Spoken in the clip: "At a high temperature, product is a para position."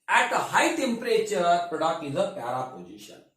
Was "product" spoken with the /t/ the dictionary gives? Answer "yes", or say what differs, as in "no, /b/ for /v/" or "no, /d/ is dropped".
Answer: no, /t/ is dropped